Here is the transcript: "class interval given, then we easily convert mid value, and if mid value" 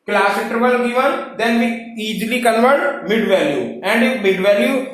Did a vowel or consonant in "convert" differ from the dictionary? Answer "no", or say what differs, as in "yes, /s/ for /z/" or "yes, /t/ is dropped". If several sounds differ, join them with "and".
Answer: yes, /l/ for /n/